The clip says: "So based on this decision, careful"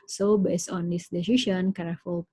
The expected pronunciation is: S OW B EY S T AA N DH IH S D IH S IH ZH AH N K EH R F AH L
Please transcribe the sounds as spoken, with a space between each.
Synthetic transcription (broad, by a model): S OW B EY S AA N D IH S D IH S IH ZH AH N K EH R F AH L